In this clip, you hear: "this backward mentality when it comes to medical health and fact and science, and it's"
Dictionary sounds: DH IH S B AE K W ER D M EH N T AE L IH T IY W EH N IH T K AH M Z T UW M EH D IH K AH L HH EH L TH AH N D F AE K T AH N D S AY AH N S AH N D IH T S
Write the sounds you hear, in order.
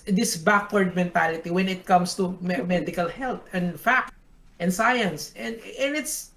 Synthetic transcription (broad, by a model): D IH S B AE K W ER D M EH N T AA L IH T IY W EH N IH T K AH M S T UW M EH D IH K AH L HH EH L T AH N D F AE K T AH N S AY AH N S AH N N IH T S